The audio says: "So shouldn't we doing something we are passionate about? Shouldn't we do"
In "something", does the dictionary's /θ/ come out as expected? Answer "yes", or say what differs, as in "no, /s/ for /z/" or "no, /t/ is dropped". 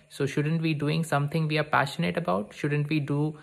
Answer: no, /t/ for /θ/